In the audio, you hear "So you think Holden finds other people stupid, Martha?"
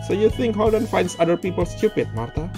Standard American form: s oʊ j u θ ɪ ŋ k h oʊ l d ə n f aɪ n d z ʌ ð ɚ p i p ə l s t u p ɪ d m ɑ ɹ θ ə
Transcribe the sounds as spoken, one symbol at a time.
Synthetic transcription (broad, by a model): s oʊ j u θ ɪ ŋ k h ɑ w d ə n f aɪ n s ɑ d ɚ p i p ə l s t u p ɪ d m ɑ ɹ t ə